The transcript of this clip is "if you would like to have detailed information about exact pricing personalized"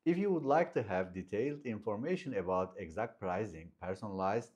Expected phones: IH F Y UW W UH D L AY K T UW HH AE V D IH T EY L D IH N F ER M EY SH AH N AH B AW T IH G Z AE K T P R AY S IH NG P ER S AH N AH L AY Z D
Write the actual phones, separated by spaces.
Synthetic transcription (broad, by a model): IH F Y UW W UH D L AY K T UW HH AE V D IH T EY L D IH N F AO M EY SH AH N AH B AW T IH G Z AE K T P R AY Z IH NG P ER S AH N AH L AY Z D